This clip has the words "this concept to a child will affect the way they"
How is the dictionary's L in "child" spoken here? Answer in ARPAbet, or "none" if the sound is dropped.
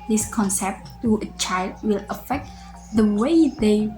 L